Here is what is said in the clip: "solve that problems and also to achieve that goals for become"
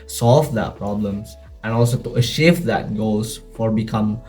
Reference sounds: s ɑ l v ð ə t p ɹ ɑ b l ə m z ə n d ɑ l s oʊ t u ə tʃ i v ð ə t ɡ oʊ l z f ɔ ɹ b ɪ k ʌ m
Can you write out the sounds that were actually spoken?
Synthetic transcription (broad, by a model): s ɑ l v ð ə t p ɹ ɑ b l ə m s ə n ɑ l s oʊ t u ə ʃ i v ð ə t ɡ oʊ l s f ɔ ɹ b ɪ k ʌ m